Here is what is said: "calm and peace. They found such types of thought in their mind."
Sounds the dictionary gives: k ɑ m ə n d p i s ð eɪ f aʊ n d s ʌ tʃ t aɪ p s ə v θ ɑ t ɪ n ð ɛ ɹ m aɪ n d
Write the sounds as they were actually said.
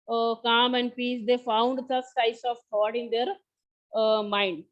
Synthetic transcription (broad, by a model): k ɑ m ə n d p i s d eɪ f aʊ n d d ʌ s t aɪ s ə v t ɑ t ɪ n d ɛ ɹ m aɪ n d